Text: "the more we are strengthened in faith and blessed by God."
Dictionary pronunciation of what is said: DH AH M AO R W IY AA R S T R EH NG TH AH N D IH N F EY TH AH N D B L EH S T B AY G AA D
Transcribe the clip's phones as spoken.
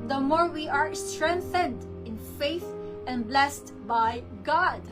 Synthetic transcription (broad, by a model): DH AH M AO R W IY AA R S T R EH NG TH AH N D IH N F EY TH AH N B L EH S T B AY G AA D